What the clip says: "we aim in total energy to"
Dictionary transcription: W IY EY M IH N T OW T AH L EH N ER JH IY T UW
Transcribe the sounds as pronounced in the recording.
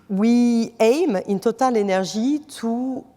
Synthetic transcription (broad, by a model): W IY EY M IH N T OW T AH L EH N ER ZH IY T UW